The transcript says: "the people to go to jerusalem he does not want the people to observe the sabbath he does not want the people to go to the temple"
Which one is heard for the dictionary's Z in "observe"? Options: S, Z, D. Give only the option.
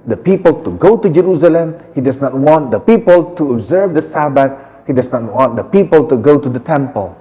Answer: Z